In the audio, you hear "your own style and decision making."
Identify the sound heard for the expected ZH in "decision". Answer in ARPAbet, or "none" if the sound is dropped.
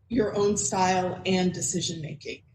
ZH